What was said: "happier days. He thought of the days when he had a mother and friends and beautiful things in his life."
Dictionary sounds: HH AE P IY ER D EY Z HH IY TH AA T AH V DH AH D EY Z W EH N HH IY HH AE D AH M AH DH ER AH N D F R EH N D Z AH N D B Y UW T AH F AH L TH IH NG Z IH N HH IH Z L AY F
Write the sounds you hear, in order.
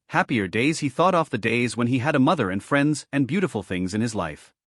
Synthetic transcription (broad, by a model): HH AE P IY ER D EY Z HH IY TH AA T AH F DH AH D EY Z W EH N IY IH D AH M AH DH ER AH N F R EH N D Z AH N B Y UW T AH F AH L TH IH NG Z IH N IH Z L AY F